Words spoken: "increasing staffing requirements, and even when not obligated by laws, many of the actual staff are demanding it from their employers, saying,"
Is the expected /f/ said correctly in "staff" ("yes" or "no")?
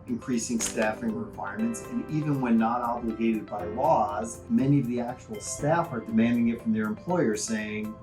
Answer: yes